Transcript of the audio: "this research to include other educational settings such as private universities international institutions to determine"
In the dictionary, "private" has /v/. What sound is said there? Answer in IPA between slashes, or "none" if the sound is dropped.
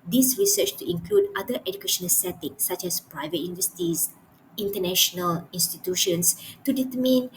/v/